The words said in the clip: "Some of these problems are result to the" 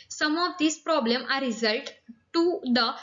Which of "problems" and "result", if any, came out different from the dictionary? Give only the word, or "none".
problems